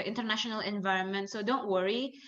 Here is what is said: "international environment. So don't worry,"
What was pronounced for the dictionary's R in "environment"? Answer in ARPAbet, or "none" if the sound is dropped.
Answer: R